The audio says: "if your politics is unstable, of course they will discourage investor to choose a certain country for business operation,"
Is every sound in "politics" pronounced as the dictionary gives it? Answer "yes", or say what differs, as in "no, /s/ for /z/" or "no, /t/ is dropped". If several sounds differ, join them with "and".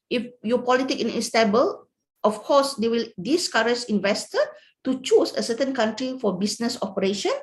no, /s/ is dropped